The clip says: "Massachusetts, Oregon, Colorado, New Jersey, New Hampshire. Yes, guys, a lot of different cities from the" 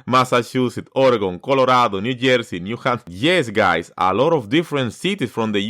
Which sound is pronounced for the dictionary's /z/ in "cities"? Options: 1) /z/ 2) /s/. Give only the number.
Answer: 2